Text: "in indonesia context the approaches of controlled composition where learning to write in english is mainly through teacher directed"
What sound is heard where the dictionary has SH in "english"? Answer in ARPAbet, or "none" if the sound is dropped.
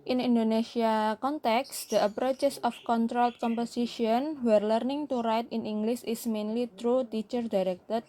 S